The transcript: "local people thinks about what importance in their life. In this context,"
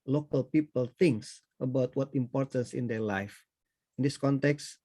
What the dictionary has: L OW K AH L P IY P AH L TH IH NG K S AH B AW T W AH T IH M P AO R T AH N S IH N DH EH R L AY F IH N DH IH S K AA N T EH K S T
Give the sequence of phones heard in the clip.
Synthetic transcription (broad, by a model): L OW K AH L P IY P AH L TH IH NG K S AH B AW T W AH T IH M P AO R T AH N S IH N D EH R L AY F IH N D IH S K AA N T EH K S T